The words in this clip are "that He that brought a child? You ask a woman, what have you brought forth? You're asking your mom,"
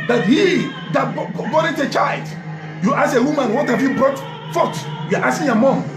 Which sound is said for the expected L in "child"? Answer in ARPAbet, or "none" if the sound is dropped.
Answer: L